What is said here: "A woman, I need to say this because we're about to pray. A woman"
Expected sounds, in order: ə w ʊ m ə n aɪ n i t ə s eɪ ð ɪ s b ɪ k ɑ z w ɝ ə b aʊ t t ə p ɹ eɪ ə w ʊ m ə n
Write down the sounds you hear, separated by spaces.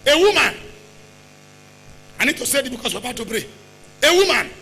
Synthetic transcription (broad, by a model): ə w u m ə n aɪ n i t ə s eɪ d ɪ b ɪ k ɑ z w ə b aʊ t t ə b ɹ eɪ ə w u m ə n